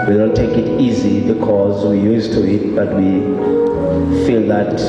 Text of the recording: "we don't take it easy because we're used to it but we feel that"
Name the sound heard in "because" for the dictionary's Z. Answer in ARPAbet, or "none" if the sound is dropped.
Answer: Z